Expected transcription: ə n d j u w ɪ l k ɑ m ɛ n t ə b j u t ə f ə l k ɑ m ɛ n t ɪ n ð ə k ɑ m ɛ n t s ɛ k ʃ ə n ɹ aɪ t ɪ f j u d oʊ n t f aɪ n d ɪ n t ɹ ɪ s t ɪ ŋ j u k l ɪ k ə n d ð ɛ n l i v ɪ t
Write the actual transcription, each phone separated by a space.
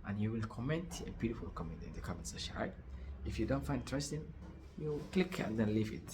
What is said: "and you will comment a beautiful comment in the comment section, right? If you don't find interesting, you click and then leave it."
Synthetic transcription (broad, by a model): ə n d j u w ɪ l k ɑ m ɛ n t ə b j u t ə f ə l k ɑ m ɛ n t ɪ n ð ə k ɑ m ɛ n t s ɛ ʃ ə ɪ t ɪ f j u d oʊ n t f aɪ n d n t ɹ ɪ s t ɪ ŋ j u k l ɪ k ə n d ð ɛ n l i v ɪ t